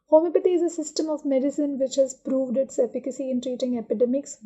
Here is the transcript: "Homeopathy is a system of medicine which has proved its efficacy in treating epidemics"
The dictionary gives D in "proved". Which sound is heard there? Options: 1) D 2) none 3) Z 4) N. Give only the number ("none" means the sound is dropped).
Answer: 1